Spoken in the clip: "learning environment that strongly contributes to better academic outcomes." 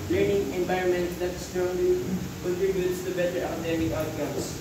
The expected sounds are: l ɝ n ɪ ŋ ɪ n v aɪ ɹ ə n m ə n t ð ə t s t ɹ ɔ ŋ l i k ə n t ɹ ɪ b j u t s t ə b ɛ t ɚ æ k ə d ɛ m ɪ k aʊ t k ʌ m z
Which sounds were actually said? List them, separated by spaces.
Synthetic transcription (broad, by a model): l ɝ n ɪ ŋ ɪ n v aɪ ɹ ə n m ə n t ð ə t s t ɔ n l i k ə n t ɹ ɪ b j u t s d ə b ɛ t ɚ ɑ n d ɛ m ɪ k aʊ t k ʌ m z